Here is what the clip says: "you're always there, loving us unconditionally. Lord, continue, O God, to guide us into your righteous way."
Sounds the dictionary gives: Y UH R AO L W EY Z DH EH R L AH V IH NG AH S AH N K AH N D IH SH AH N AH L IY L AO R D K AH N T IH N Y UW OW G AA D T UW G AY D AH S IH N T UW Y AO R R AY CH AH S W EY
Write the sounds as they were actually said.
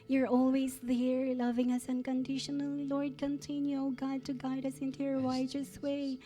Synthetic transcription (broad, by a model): Y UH R AO L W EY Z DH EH R L AH V IH NG AH S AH N K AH N D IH SH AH N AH L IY L AO R D K AH N T IH N Y UW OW G AA D T UW G AY D AH S IH N T UW Y AO R W AY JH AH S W EY